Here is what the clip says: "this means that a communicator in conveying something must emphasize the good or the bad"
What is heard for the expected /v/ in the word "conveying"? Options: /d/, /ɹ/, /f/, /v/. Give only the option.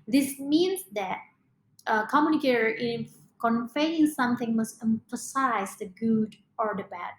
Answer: /f/